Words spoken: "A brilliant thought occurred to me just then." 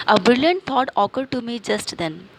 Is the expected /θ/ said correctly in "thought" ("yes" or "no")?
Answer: no